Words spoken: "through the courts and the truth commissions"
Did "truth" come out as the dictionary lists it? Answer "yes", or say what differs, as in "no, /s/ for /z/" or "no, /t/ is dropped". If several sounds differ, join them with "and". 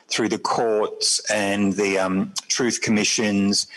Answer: yes